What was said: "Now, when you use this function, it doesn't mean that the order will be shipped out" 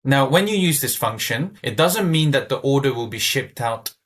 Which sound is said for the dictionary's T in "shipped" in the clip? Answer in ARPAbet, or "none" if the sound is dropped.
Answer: T